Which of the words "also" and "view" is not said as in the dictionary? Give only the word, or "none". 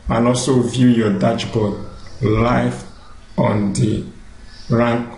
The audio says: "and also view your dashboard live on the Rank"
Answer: none